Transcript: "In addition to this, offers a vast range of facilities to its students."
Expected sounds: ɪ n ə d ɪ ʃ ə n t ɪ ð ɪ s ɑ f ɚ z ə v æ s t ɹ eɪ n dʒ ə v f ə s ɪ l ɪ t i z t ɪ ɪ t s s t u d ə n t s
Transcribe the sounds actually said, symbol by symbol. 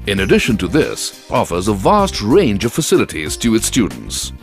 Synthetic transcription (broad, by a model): ɪ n ə d ɪ ʃ ə n t ɪ ð ɪ s ɑ f ɚ z ə v æ s t ɹ eɪ n dʒ ə v f ə s ɪ l ɪ t i z t ɪ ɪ t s s t u d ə n t s